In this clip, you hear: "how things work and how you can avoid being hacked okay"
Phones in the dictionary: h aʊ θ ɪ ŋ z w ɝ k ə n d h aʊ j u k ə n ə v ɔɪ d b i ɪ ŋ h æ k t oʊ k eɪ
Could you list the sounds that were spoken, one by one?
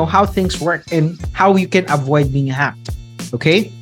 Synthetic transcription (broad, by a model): h aʊ θ ɪ ŋ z w ɝ k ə n h aʊ j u k ə n ə v ɔɪ d b i ɪ ŋ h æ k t oʊ k eɪ